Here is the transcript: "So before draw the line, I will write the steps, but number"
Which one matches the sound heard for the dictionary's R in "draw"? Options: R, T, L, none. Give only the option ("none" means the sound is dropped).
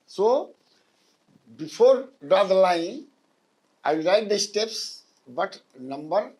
none